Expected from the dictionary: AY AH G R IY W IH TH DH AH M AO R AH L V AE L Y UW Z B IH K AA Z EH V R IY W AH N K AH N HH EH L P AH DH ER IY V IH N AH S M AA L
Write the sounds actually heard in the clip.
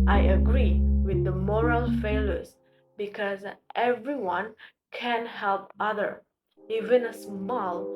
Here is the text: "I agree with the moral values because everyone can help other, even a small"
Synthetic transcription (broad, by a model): AY AH G R IY W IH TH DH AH M AO R AH L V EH L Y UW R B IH K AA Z EH V R IY W AH N K AH N HH EH L P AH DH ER IY V IH N AH S M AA L